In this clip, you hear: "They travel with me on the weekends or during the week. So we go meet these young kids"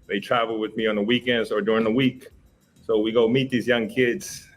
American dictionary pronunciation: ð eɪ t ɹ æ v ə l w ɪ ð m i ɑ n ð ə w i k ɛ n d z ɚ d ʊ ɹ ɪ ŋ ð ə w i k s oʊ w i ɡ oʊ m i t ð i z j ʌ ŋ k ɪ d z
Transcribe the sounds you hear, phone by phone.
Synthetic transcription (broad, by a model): ð eɪ t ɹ æ v l w ɪ ð m i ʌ n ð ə w i k ɛ n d ɚ d ʊ ɹ ɪ ŋ ð ə w i k s oʊ w i ɡ oʊ m i t ð i z j ʌ ŋ k ɪ d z